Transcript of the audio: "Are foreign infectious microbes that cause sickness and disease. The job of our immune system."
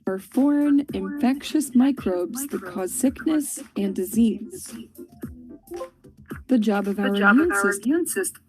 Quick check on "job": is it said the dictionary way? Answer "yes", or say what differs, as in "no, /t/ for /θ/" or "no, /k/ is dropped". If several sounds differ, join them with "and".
yes